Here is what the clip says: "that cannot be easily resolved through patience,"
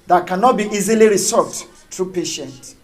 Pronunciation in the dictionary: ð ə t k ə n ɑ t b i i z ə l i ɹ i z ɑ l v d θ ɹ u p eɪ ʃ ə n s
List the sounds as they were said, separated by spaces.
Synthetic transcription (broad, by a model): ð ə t k ə n ɑ t b i i z ə l i ɹ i s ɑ v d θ ɹ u p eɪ ʃ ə n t